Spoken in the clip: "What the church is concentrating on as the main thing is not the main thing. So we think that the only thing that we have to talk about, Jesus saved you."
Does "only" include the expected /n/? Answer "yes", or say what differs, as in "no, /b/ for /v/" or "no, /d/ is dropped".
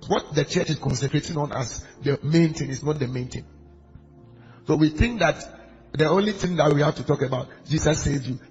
yes